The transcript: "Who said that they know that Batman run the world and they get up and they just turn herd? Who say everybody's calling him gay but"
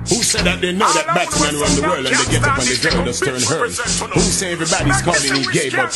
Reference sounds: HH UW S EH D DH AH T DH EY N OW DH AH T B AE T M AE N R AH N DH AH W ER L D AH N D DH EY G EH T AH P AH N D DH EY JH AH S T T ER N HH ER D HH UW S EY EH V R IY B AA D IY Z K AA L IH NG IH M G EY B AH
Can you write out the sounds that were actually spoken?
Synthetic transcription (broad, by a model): HH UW S EH D DH AH T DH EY N OW DH AH T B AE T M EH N W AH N DH AH W ER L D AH N DH EY G EH T AH P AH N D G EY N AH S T T ER N HH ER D HH UW S EY EH V R IY B AA D IY Z K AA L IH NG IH G EY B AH